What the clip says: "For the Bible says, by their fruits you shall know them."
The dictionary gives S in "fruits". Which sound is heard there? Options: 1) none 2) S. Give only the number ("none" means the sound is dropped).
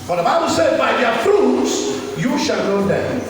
2